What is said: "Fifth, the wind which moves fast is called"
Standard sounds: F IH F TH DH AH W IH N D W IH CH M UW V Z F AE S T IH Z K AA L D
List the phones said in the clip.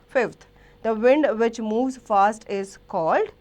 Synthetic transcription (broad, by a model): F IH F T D AH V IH N D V IH CH M UW V Z F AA S T IH Z K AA L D